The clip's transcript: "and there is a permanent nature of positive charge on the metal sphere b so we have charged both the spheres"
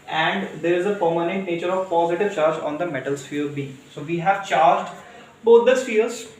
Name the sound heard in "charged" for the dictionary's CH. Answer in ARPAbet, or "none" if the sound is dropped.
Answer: CH